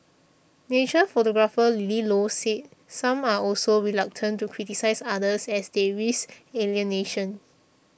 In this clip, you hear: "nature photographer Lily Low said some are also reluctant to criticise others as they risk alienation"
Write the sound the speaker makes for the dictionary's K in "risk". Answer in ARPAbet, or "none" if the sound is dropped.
none